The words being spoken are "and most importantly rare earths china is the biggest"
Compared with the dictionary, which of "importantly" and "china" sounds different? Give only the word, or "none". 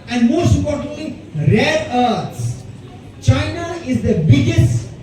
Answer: importantly